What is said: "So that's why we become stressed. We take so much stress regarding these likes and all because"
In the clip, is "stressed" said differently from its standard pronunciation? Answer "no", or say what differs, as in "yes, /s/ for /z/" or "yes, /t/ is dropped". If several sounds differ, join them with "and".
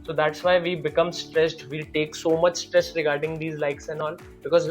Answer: no